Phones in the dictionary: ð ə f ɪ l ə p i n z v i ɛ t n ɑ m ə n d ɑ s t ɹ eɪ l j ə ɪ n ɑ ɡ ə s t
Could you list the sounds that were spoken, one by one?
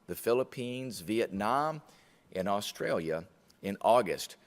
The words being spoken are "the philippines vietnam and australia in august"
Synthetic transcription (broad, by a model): ð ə f ɪ l ə p i n z v i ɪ t n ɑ m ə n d ɑ s t ɹ eɪ l j ə ɪ n ɑ ɡ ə s t